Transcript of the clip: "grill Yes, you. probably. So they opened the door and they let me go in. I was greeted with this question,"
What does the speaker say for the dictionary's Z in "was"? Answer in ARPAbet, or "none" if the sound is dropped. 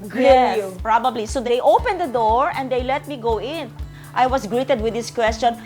S